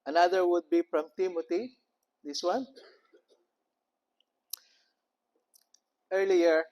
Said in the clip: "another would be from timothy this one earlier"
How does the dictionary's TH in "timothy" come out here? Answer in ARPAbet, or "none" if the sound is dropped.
T